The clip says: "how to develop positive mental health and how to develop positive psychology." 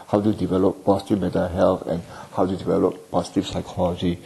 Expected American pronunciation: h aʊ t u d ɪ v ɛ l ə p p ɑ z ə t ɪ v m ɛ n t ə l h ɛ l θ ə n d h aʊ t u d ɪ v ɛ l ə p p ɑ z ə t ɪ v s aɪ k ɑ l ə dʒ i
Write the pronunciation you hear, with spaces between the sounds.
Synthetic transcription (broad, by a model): h aʊ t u d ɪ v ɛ l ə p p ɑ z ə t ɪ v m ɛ t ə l h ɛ l t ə n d h aʊ t u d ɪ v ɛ l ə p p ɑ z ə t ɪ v s aɪ k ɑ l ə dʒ i